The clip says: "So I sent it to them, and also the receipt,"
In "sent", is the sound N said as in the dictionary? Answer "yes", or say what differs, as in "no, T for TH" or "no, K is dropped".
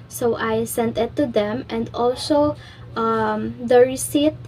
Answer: yes